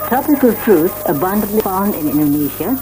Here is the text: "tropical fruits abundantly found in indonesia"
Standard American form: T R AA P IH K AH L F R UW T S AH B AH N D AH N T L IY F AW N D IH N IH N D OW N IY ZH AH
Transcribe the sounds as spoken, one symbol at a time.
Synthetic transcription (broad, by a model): T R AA P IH K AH L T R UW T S AH B AH N D AH N T L IY F AW N D IH N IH N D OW N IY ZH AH